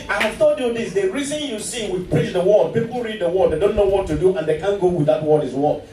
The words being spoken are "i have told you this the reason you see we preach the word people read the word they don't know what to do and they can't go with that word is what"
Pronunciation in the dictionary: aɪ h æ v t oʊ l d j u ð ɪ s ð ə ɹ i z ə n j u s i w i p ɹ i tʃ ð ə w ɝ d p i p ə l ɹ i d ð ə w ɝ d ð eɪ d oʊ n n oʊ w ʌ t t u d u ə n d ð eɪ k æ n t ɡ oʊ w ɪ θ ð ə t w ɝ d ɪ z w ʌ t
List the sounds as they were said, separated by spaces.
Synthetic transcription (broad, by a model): aɪ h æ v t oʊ d j u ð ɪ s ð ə ɹ i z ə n j u s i w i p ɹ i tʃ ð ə w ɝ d p i p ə l ɹ i d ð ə w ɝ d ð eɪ d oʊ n n oʊ w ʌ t t u d u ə n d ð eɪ k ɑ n ɡ oʊ w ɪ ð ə t w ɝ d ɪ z w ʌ